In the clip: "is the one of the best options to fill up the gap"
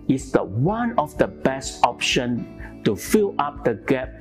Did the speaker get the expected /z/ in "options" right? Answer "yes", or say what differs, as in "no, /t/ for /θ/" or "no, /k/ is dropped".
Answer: no, /z/ is dropped